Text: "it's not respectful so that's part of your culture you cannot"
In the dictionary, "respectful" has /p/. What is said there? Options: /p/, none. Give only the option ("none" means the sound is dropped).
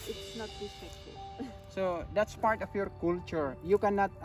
none